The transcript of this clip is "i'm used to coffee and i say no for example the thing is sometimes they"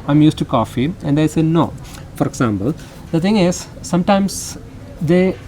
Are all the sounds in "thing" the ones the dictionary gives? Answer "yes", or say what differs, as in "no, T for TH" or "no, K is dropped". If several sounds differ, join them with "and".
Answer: no, T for TH